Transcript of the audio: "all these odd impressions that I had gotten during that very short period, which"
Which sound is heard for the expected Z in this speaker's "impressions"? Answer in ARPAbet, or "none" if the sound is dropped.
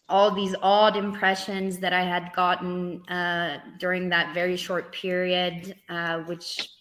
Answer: Z